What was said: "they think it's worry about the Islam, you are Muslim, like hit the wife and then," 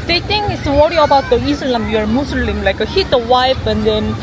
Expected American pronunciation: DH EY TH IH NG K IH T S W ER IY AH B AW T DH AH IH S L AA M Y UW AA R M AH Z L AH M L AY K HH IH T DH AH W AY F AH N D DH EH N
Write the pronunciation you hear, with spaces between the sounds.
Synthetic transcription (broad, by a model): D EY T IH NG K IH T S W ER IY AH B AW T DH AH IH S L AA M Y UW AA R M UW S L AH M L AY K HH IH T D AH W AY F AH N D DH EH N